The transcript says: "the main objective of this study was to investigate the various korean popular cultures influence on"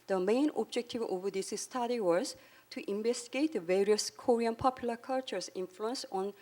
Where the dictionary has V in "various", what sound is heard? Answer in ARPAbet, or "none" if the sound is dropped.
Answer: V